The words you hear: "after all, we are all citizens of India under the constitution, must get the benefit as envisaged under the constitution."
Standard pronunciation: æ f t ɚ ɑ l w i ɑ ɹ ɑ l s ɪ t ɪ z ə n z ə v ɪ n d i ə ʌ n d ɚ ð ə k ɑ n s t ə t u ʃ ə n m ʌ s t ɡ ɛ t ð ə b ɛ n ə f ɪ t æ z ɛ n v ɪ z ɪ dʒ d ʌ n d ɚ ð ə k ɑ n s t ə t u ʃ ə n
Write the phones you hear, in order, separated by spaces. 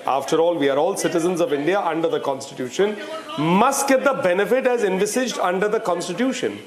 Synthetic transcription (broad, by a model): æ f t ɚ ɑ l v i ɑ ɹ ɑ l s ɪ t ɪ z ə n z ə v ɪ n d i ə ʌ n d ɚ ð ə k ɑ n s t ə t u ʃ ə n m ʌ s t ɡ ɛ t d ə b ɛ n ə f ɪ t æ z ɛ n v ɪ s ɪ dʒ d ʌ n d ɚ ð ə k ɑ n s t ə t u ʃ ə n